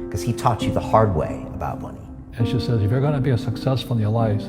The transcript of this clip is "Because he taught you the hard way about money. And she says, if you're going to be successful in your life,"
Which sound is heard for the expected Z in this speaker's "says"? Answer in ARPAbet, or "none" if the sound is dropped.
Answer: Z